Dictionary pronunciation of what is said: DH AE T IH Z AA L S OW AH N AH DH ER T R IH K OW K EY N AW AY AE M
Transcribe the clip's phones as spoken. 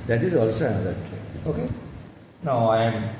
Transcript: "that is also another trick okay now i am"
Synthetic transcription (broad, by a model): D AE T IH Z AA L S OW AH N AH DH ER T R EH OW K EY N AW AY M